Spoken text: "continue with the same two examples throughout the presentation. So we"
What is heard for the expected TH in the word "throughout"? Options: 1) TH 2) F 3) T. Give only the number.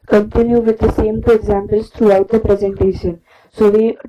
3